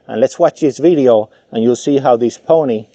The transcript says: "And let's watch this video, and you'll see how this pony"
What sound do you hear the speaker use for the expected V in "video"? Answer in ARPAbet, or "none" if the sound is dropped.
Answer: V